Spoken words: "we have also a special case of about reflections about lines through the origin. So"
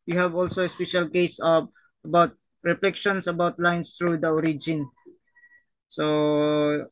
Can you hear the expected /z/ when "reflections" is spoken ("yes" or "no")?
no